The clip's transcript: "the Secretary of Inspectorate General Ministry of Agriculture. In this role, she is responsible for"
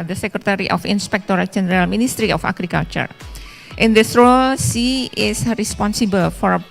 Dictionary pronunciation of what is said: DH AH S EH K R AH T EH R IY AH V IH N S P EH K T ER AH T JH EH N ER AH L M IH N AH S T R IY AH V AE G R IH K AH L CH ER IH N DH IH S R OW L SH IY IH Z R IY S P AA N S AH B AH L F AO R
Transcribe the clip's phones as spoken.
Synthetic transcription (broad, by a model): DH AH S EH K R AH T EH R IY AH F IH N S P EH K T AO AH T JH EH N ER AH L M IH N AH S T R IY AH F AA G R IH K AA L CH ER IH N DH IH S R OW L S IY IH S R IY S P AA N S AH B AH L F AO R